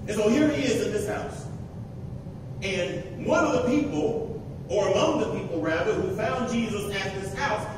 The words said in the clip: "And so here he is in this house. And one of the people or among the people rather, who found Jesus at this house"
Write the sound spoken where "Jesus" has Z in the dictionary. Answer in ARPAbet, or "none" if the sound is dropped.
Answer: Z